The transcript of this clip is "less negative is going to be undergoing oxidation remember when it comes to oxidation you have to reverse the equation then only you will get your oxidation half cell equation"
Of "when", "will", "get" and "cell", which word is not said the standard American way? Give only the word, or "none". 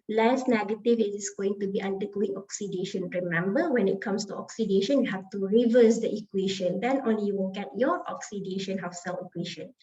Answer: will